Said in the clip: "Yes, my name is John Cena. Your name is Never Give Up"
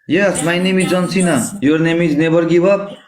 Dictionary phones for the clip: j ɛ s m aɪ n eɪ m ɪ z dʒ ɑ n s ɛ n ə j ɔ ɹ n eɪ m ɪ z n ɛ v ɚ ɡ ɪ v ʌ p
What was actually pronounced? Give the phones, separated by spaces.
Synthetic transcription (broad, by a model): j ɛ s m aɪ n eɪ m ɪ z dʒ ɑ n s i n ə j ɔ ɹ n eɪ m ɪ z n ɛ b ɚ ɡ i b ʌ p